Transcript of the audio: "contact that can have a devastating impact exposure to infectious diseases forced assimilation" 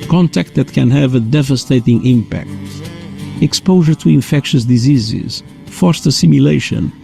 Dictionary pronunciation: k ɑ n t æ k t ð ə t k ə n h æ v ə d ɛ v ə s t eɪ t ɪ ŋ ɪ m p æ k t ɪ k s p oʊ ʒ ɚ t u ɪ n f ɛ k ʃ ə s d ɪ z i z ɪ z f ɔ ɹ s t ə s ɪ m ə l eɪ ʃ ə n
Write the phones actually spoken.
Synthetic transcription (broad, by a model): k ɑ n t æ k t ð ə t k ə n h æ v ə d ɛ v ə s t eɪ t ɪ ŋ ɪ m p æ k t ɪ k s p oʊ ʒ ɚ t u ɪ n f ɛ k ʃ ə s d ɪ z i z ɪ z f ɔ ɹ s t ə s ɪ m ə l eɪ ʃ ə n